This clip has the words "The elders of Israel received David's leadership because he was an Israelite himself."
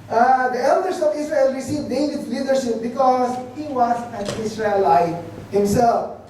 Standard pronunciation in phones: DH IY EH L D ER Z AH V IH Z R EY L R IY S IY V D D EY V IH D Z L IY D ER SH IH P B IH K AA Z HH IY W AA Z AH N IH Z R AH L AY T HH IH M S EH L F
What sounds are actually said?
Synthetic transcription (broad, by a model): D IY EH L D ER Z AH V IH S R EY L R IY S IY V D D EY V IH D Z L IY D ER SH IH P B IH K AA Z HH IY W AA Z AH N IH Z R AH L AY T HH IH M S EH L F